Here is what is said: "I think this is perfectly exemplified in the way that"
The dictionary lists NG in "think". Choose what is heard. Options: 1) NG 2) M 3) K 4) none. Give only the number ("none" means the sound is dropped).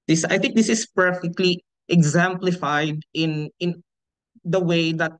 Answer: 1